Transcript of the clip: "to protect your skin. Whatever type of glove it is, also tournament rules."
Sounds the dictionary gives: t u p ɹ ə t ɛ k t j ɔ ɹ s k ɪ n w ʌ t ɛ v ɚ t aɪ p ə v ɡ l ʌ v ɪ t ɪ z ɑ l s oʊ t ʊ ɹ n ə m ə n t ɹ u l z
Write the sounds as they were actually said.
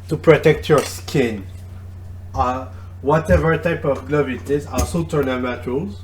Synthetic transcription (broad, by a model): t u p ɹ ə t ɛ k t j ɔ ɹ s k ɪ n w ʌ t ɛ v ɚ t aɪ p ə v ɡ l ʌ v ɪ t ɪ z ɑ s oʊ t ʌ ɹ n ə m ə t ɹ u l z